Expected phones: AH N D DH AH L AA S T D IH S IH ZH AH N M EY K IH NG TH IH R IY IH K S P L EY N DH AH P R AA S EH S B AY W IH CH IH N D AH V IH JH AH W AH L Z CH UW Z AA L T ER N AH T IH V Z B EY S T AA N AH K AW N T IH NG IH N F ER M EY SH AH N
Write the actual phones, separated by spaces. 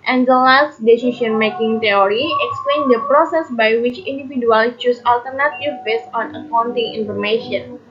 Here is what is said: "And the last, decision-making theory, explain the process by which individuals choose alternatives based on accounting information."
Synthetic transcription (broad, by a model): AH N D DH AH L AA S T D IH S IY SH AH N M EY K IH NG T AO R IY IH K S P L EY N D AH P R AA S EH S B AY W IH CH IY N D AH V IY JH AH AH L CH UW S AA L T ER N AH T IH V B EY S AA N AH K AW N T IH NG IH N F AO M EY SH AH N